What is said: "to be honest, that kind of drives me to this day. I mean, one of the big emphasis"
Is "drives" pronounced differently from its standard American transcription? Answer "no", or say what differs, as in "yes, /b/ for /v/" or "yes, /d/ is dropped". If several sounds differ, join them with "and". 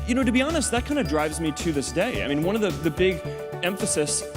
no